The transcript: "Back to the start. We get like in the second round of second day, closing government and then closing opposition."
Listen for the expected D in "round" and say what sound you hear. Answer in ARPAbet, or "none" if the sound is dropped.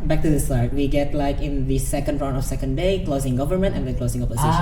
none